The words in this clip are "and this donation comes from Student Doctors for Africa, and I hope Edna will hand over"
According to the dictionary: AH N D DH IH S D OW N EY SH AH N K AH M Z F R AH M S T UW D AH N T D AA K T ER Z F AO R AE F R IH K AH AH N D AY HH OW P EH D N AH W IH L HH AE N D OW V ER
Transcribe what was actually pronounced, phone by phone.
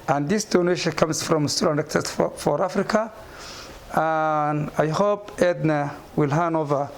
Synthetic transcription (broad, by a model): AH N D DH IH S D OW N EY SH AH N K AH M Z F R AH M S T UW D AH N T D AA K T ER S F AO R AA F R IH K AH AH N AY HH OW P EH D N AH W IH L HH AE N OW V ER